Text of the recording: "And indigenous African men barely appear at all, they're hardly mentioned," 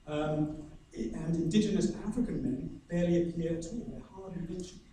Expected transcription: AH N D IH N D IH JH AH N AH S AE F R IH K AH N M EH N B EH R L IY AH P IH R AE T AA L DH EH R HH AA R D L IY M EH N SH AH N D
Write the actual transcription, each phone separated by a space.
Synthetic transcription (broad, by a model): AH N IH N D IH JH AH N AH S AE F R IH K AH N M EH N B EH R L IY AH P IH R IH T AA L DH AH HH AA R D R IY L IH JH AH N